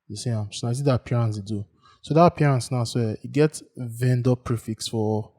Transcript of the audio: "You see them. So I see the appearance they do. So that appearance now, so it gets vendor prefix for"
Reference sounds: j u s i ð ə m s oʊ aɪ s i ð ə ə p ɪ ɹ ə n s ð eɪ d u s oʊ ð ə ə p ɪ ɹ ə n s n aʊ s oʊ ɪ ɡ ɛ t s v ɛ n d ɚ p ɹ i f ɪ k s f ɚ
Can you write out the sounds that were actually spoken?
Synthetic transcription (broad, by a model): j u s i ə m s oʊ aɪ s i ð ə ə p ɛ ɹ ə n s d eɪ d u s oʊ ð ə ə p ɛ ɹ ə n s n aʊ s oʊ ɪ ɡ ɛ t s v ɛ n d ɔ p ɹ i f ɪ k s f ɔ